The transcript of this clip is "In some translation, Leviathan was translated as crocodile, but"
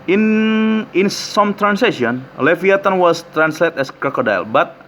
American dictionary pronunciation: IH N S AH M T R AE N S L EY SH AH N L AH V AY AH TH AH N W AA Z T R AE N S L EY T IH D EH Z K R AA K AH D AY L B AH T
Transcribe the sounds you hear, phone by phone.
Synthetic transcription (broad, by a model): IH N S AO M T R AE N S EY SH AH N L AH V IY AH T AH N W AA S T R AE N S L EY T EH S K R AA K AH D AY L B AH T